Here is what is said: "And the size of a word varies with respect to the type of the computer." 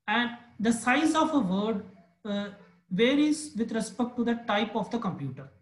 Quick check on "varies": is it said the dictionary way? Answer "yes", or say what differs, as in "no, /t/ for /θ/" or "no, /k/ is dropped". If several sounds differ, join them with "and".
yes